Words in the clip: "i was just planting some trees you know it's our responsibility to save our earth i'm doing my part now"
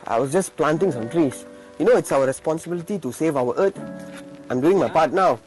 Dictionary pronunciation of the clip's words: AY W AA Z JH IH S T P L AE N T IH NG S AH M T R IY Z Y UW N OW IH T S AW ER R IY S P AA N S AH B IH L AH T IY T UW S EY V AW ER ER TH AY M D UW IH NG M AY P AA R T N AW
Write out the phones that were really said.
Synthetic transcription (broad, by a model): AY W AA S JH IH S P L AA N T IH NG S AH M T R IY S Y UW N OW IH T S AW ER R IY S P AA N S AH B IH L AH T IY T UW S EY V AW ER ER T AY M D UW IH NG M AY P AA T N AW